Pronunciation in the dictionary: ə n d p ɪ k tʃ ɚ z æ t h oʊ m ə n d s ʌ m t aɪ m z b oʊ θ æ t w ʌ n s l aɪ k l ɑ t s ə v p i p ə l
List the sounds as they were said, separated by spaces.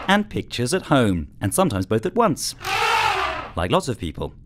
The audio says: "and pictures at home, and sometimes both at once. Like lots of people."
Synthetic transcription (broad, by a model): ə n p ɪ k tʃ ɚ z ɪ t h oʊ m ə n s ʌ m t aɪ m z b oʊ θ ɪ t w ʌ n s l aɪ k l ɑ t s ə v p i p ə l